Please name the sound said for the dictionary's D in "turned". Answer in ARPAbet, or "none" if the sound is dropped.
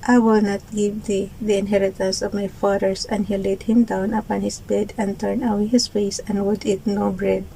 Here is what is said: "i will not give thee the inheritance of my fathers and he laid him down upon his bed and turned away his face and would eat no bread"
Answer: none